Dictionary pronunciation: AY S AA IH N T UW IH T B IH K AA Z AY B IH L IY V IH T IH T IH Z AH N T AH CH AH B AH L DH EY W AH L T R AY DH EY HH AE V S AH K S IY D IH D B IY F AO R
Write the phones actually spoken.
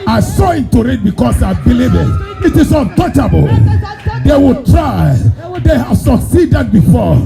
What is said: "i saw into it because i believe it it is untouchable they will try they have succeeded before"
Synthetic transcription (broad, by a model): AY S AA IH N T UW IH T B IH K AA S AY B IH L IY V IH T IH T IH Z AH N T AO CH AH B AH L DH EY W AH L T R AY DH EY HH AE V S AH K S IY D IH D B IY F AO